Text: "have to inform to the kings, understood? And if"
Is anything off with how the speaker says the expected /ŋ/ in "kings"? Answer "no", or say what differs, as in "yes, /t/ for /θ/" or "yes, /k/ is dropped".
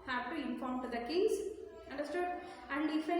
yes, /ŋ/ is dropped